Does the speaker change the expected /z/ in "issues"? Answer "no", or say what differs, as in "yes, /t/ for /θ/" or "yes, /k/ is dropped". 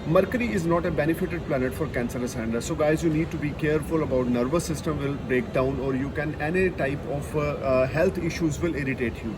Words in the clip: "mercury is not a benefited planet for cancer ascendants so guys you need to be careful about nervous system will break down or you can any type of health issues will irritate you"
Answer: no